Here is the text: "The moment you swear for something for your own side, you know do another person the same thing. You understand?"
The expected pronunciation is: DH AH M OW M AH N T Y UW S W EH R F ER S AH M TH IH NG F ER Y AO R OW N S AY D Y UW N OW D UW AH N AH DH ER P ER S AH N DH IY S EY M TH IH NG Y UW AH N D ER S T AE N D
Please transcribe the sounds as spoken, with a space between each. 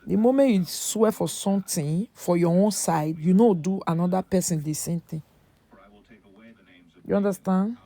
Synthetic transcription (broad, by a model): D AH M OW M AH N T Y UW S W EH F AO S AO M T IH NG F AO Y AO OW N S AY D Y UW N OW D UW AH N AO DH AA P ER S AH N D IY S EY M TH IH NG Y UW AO N D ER S T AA N D